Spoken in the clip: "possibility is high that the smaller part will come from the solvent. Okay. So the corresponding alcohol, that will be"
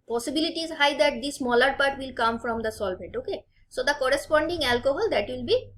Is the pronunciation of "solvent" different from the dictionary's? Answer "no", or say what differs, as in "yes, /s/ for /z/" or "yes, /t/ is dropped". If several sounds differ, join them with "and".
yes, /n/ is dropped